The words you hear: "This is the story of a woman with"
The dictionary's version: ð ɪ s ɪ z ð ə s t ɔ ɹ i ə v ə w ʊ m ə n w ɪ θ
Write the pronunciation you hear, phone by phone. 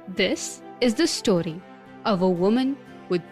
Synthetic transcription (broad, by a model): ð ɪ s ɪ z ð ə s t ɔ ɹ i ə v ə w ʊ m ə n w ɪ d